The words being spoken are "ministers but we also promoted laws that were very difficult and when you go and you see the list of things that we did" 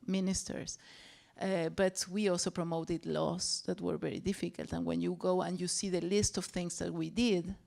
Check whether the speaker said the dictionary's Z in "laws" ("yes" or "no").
no